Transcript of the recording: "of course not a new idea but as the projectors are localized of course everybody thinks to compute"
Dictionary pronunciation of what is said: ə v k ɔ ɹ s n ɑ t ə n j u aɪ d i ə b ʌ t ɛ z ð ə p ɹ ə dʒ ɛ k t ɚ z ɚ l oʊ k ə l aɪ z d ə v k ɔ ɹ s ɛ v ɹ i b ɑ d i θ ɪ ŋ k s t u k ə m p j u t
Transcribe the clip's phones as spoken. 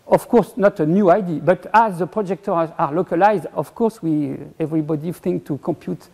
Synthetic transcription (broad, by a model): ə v k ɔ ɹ s n ɑ t ə n j u aɪ d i b ʌ t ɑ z ð ə p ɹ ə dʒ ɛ k t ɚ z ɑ l oʊ k ə l aɪ z d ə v k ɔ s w ɛ v ɹ i b ɑ d i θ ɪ ŋ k t u k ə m p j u t